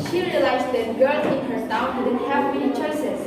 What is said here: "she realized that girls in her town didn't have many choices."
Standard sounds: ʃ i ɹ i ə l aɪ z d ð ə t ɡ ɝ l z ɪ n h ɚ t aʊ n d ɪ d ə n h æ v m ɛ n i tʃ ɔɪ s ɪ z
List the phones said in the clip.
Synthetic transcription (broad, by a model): ʃ i ɹ i ə l aɪ z d ð ə t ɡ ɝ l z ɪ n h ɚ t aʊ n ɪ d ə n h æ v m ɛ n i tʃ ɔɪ s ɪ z